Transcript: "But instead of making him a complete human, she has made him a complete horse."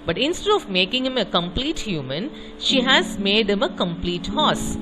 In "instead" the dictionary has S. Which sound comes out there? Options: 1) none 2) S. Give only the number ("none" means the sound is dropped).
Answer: 2